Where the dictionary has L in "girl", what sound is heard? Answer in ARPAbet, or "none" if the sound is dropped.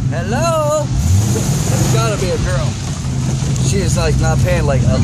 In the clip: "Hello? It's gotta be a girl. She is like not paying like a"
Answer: N